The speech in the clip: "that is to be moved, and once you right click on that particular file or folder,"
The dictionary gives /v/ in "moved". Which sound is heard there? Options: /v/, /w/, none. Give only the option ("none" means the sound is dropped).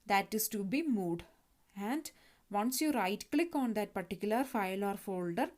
none